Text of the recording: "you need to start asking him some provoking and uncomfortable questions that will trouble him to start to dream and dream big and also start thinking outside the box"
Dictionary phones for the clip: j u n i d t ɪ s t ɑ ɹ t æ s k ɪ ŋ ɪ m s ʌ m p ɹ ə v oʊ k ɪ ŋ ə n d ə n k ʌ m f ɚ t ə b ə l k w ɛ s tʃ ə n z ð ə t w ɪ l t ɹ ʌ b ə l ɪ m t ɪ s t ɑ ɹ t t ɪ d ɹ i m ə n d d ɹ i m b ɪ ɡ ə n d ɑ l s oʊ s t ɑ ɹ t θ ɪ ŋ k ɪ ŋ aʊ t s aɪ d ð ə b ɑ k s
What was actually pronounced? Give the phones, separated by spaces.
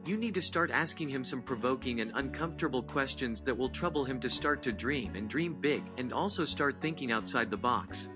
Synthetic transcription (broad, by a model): j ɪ n i d t ɪ s t ɑ ɹ t æ s k ɪ ŋ ɪ m s ʌ m p ɹ ə v oʊ k ɪ ŋ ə n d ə n k ʌ m f t ə b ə l k w ɛ s tʃ ə n z ð ə t w ɪ l t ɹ ʌ b l ɪ m t ɪ s t ɑ ɹ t t ɪ d ɹ i m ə n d d ɹ i m b ɪ ɡ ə n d ɑ l s oʊ s t ɑ ɹ t θ ɪ ŋ k ɪ ŋ aʊ t s aɪ d ð ə b ɑ k s